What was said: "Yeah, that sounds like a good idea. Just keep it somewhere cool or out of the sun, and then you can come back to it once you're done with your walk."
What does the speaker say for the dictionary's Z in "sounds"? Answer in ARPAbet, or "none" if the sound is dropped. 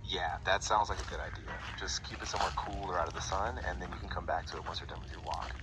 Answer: Z